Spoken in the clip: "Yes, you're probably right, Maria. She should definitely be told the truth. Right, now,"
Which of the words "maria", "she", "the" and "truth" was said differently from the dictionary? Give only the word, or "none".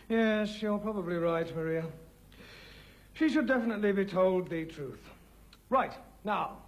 none